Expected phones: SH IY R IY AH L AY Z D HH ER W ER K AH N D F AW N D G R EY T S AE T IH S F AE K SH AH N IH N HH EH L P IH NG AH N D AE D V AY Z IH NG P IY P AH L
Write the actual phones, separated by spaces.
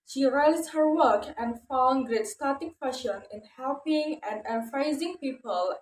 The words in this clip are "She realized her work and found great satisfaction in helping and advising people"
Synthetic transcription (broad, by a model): SH IY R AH IH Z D HH ER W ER K AH N D F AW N G R EY T S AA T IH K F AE SH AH N IH N HH EH L P IH NG AH N D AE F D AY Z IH NG P IY P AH L